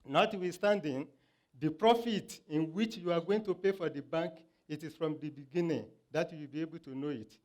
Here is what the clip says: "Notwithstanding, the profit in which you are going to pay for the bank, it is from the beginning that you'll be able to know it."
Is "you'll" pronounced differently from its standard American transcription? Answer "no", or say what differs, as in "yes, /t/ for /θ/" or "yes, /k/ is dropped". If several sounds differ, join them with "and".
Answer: yes, /w/ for /l/